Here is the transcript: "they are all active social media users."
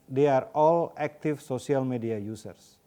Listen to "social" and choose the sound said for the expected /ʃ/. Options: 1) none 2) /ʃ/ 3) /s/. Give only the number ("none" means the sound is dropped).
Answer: 3